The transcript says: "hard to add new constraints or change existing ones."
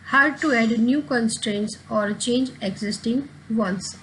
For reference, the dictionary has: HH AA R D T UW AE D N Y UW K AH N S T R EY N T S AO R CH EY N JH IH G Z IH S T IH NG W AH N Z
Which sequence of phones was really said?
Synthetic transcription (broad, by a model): HH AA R D T UW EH D N Y UW K AH N S T R EY N T S AO R CH EY N JH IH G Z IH S T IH NG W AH N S